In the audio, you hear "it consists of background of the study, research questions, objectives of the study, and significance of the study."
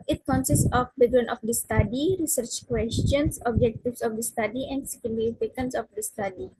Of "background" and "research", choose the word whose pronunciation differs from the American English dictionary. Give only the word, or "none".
background